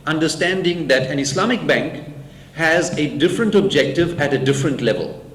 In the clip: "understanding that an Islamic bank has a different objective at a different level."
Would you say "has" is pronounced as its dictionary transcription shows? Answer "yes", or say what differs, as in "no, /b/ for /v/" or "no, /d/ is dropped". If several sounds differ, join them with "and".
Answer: yes